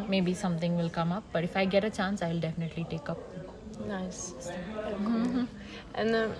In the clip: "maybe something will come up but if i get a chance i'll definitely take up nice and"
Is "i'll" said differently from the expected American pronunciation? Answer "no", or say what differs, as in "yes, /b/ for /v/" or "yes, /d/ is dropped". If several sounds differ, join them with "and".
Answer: no